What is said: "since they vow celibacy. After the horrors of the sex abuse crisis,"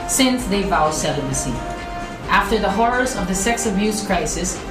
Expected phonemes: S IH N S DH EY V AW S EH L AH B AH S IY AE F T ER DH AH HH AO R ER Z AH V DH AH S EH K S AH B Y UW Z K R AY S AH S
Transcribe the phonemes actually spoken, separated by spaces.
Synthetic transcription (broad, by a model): S IH N S DH EY V AW S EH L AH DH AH S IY AE F T ER DH AH HH AO R ER Z AH V DH AH S EH K S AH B Y UW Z K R AY S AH S